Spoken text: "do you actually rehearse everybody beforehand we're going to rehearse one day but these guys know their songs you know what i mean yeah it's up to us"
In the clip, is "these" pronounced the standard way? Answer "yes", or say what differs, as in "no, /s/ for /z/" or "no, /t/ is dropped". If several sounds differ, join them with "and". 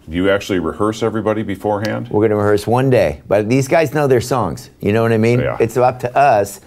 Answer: yes